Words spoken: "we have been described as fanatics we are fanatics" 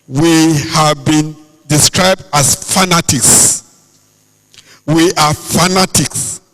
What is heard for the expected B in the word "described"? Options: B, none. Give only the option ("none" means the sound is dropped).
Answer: B